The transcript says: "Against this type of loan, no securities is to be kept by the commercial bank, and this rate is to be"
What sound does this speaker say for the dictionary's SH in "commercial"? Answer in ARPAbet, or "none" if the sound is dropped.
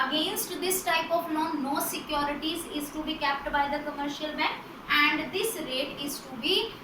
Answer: SH